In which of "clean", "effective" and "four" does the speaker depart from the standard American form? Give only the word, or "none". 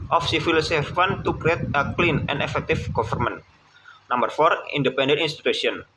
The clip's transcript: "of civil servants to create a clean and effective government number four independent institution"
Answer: effective